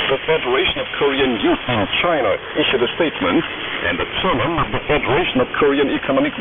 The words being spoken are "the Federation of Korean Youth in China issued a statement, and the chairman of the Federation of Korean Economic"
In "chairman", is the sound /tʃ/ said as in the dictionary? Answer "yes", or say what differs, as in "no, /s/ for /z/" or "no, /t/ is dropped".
no, /s/ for /tʃ/